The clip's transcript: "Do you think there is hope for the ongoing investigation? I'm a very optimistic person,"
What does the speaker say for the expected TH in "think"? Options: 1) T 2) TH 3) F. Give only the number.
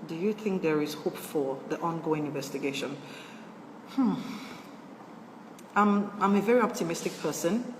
2